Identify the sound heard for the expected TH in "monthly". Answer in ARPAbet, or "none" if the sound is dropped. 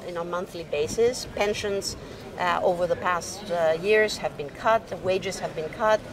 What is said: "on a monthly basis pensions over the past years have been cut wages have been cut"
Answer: TH